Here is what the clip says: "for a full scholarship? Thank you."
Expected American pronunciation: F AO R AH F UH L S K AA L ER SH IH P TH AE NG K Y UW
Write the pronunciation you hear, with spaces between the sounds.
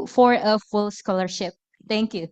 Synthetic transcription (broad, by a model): F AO R AH F UH L S K AA L ER SH IH P T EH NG K Y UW